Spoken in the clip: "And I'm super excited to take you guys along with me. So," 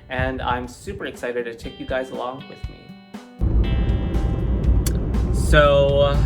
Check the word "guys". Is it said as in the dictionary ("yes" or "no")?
yes